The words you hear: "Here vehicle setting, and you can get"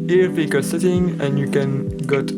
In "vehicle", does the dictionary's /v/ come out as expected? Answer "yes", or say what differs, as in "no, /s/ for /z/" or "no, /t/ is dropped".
no, /p/ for /v/